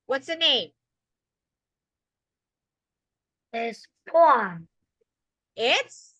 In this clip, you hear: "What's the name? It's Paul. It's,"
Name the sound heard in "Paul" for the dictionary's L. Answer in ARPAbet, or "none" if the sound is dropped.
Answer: N